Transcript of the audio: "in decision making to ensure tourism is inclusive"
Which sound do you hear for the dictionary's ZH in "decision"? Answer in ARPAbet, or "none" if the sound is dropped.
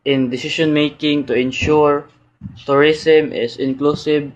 SH